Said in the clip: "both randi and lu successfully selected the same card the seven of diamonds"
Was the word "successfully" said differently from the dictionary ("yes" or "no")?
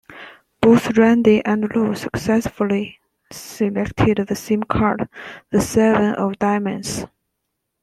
no